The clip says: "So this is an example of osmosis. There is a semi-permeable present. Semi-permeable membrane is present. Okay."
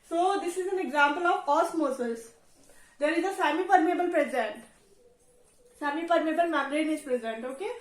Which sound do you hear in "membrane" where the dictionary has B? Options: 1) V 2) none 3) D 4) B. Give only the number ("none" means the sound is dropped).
2